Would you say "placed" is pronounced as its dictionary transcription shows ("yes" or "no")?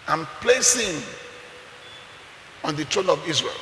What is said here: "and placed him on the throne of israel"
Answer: no